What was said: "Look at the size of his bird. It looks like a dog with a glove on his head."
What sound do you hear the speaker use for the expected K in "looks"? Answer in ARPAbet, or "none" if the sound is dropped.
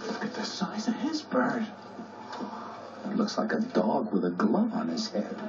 K